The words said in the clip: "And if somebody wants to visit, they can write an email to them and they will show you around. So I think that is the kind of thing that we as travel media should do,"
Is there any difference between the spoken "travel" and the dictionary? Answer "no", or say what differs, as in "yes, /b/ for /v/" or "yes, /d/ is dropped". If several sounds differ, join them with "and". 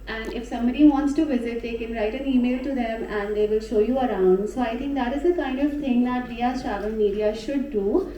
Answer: yes, /n/ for /l/